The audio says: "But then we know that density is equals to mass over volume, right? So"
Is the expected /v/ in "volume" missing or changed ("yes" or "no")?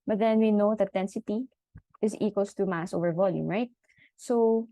no